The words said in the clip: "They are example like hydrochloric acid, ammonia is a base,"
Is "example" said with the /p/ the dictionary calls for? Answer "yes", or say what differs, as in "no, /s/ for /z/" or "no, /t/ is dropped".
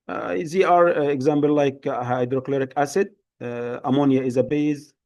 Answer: no, /b/ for /p/